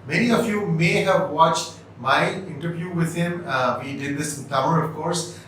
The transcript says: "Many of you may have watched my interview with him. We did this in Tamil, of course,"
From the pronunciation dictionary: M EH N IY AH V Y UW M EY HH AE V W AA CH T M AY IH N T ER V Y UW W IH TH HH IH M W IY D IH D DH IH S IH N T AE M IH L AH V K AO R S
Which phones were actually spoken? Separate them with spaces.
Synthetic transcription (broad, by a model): M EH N IY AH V Y UW M EY HH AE V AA CH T M AY IH N T ER V Y UW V IH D HH IH M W IY D IH D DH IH S IH N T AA IH N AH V K AO R S